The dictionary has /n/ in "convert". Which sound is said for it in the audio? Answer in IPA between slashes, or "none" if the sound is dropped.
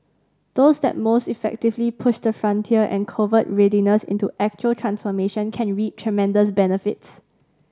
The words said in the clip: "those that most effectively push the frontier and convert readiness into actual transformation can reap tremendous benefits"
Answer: none